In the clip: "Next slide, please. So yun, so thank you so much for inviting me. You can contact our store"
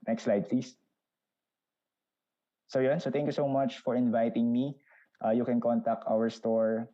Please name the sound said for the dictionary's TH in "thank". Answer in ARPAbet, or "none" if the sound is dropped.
T